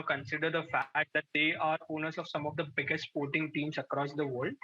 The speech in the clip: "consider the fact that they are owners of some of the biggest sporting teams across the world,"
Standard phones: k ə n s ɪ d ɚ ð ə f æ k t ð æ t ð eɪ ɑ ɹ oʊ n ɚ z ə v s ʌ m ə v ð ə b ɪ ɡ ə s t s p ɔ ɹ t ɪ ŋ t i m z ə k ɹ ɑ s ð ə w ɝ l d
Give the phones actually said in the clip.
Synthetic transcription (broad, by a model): k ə n s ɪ d ɚ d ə f æ k t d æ t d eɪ ɑ ɹ oʊ n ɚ s ə v s ʌ m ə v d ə b ɪ ɡ ə s t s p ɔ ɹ t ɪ ŋ t i m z ə k ɹ ɑ s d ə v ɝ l d